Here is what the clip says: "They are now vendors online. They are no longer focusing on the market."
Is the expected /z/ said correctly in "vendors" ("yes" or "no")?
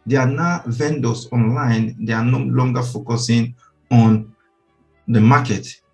no